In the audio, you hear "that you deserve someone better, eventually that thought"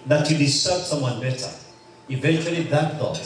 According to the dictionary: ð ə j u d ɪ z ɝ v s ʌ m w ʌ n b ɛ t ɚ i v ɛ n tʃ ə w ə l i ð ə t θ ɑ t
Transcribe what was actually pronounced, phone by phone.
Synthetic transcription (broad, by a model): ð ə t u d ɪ s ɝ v s ʌ m w ʌ n b ɛ t ɚ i v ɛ n tʃ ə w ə l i ð ə t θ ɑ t